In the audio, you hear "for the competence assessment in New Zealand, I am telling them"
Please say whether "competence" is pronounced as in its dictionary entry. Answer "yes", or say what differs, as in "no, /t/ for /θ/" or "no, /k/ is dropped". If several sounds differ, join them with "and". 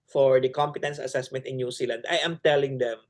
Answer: yes